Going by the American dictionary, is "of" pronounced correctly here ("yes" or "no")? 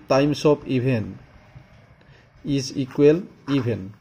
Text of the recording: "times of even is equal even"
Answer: no